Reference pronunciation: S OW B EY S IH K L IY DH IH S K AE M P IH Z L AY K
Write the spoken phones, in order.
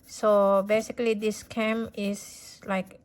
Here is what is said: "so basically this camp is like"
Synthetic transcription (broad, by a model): S OW B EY S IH K L IY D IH S K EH M IH S L AY K